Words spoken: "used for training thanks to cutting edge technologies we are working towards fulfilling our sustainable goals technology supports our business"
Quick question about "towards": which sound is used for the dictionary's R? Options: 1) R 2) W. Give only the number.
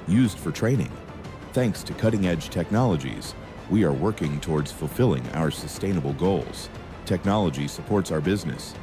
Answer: 1